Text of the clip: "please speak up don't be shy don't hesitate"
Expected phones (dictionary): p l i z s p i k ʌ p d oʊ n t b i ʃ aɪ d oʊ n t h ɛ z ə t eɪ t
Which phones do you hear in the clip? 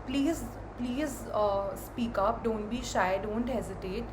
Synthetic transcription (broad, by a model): p l i z s p i k ʌ p d oʊ n t b i ʃ aɪ d oʊ n t h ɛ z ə t eɪ t